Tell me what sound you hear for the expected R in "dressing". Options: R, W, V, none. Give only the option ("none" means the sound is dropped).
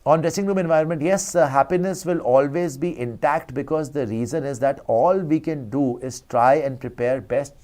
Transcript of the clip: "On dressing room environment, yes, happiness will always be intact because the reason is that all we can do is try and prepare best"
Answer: R